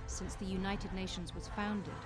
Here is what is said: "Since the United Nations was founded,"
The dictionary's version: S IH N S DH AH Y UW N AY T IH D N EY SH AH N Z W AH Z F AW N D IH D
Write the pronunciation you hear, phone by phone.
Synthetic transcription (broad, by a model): S IH N S DH AH Y UW N AY T IH D N EY SH AH N Z W AH Z F AW N D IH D